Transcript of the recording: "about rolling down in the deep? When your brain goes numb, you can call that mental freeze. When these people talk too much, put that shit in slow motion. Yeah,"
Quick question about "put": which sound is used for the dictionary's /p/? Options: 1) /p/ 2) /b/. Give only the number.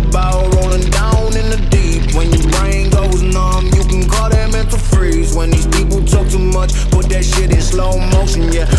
2